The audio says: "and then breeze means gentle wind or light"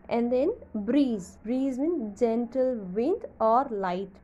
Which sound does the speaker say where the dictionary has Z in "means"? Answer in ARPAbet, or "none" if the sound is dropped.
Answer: none